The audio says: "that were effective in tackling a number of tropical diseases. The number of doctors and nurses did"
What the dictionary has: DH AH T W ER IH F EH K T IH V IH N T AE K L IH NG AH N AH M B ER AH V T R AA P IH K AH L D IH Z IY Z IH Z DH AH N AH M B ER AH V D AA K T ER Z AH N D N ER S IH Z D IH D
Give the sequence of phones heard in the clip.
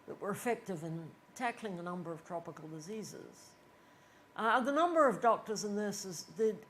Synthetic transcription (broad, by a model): DH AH T W ER IH F EH K T IH V IH N T AE K L IH NG AH N AH M B ER AH V T R AA P IH K AH L D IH Z IY Z IH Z DH AH N AH M B ER AH V D AA K T ER Z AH N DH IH S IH Z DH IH